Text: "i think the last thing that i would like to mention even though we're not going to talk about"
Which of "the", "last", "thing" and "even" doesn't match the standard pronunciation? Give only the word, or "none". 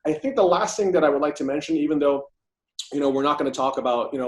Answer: none